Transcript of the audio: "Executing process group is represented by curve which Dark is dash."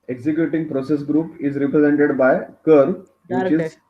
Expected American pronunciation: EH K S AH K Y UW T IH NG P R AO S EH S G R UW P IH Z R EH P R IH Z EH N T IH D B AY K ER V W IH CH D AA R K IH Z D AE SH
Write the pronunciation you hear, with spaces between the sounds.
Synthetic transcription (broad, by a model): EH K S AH K Y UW T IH NG P R AO S EH S G R UW P IH Z R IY P R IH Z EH N T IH D B AY K ER V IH CH IH Z